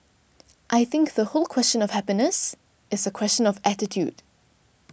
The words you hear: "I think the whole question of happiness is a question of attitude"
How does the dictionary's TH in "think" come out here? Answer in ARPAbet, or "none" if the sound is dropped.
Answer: TH